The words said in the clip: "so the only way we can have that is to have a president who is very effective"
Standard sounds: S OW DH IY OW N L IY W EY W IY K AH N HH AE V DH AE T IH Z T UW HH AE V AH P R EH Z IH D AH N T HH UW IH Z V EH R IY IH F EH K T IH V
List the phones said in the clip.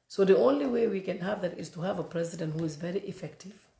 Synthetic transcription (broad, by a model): S OW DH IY OW N L IY W EY W IY K AH N HH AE V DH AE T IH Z T UW HH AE V AH P R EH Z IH D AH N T HH UW IH Z V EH R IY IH F EH K T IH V